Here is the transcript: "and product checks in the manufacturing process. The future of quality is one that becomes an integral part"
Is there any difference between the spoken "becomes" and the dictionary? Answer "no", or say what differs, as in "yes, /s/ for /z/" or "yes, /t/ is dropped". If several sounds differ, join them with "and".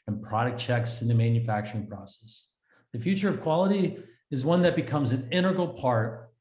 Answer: no